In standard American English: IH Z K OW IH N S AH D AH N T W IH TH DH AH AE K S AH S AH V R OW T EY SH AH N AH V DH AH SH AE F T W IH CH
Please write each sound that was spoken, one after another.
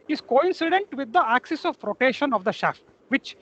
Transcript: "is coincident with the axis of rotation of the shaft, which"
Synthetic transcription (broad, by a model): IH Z K OW IH N S AH D AH N T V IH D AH AE K S AH S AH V R OW T EY SH AH N AH V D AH SH AE F T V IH CH